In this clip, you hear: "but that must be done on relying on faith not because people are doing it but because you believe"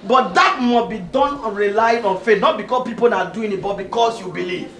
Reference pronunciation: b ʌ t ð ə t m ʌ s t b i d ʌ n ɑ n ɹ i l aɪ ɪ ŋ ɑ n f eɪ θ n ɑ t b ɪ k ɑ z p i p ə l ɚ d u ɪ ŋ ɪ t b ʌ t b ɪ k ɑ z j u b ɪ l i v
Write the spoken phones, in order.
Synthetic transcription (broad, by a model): b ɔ t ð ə t m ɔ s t b i d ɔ n ɑ n ɹ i l aɪ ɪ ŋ ɑ n f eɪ n ɑ t b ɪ k ɑ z p i p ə n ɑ d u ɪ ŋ ɪ t b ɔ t b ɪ k ɑ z j u b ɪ l i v